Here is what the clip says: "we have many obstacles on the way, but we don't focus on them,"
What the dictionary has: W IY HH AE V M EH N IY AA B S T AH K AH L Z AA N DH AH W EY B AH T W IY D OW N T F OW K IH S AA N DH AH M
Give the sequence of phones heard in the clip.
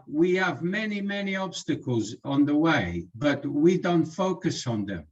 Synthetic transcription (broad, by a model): W IY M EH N M EH N IY AA B S T AH K AH L Z N DH AH W EY B AH T W IY D OW N T F OW K IH S N DH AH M